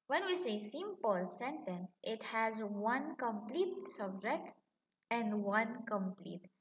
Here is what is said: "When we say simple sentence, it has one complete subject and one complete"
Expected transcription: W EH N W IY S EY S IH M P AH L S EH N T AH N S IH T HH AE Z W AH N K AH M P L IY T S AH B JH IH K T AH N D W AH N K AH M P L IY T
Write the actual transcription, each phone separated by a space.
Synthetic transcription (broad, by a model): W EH N W IY S EY S IH M P AH L S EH N T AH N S IH T HH AE Z W AH N K AH M P L IY T S AH B JH IH K T AH N D W AH N K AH M P L IY T